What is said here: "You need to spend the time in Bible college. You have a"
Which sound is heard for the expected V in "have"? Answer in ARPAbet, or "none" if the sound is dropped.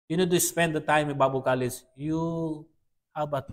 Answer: B